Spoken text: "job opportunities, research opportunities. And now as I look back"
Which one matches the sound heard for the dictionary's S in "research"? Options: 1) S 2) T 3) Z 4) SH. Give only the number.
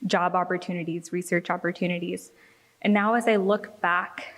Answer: 1